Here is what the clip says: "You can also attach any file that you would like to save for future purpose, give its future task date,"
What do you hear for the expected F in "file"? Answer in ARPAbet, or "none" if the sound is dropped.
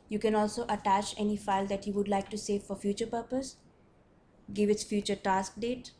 F